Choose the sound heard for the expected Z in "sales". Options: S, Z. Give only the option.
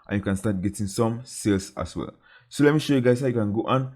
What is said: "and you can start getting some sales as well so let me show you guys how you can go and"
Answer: S